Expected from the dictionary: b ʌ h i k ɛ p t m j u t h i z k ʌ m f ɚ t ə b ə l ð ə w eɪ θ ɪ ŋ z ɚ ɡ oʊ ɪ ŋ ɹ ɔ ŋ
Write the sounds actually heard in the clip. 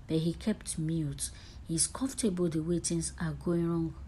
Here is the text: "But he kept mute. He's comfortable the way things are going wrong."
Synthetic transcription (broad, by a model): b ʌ h i k ɛ p t m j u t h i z k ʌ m f t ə b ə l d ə w eɪ t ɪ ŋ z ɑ ɡ oʊ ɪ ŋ ɹ ɔ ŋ